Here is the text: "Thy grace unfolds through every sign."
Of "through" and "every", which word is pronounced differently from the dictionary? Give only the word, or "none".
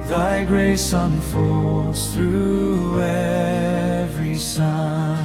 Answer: none